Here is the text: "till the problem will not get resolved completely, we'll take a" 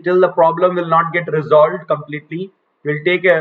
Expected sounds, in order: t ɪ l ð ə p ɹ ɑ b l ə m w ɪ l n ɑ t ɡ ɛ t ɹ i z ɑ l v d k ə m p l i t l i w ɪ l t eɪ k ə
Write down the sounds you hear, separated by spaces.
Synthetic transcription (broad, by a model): t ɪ l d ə p ɹ ɑ b l ə m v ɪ l n ɑ t ɡ ɛ t ɹ i z ɑ l v d k ə m p l i t l i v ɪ l t eɪ k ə